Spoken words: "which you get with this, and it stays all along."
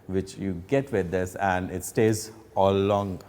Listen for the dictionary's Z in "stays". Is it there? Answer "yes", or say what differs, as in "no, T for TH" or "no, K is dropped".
yes